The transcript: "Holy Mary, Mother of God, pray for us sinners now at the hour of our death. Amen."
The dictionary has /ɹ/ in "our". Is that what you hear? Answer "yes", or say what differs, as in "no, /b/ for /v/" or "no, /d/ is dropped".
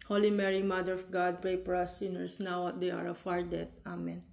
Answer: yes